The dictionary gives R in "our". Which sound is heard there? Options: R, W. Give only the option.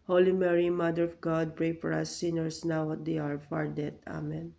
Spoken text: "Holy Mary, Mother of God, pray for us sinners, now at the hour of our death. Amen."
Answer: R